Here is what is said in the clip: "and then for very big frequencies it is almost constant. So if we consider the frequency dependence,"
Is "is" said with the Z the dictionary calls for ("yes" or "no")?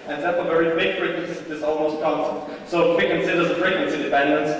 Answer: no